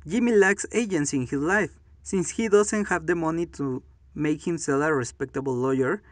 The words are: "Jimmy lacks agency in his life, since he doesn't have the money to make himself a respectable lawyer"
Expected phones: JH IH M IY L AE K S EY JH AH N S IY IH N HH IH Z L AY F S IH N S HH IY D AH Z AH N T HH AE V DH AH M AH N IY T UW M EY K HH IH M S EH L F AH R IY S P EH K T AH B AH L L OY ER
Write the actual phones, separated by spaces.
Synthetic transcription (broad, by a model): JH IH M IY L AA K S EY JH AH N S IY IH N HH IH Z L AY F S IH N S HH IY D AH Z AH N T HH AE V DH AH M AH N IY T UW M EY K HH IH M S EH L AH R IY S P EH K T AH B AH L L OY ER